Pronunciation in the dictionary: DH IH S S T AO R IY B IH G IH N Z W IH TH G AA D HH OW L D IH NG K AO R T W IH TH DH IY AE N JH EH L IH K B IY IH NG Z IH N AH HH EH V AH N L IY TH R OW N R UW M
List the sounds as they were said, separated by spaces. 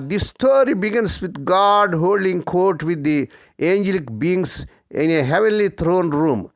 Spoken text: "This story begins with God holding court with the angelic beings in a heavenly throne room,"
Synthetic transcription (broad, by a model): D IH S S T AO R IY B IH G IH N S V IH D G AA D HH OW L D IH NG K AO R T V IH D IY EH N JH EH L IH K B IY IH NG S IH N AH HH EH V AH N L IY T R OW N R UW M